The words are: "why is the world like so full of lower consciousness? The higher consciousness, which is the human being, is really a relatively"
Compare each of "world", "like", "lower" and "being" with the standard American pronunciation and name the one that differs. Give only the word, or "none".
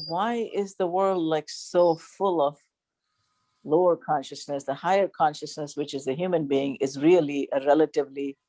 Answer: none